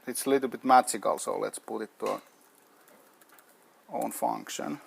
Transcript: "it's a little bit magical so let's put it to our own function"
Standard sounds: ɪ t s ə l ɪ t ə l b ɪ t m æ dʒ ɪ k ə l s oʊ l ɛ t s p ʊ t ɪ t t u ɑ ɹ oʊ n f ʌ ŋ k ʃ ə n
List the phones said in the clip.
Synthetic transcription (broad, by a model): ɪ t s l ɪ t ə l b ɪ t m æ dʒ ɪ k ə l s oʊ l ɛ t s p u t ɪ t t u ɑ oʊ n f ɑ ŋ k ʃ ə n